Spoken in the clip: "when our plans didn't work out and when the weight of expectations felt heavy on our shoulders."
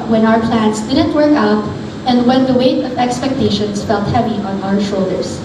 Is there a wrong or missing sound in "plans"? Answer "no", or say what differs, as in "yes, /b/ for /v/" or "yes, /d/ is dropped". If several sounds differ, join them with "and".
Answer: yes, /s/ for /z/